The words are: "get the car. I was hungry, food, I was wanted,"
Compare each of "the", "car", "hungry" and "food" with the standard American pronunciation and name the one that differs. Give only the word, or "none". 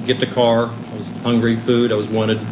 none